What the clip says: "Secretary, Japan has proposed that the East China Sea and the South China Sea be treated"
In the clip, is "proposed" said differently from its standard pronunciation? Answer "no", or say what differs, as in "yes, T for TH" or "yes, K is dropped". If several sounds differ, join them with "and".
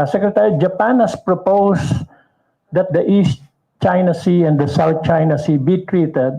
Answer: yes, S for Z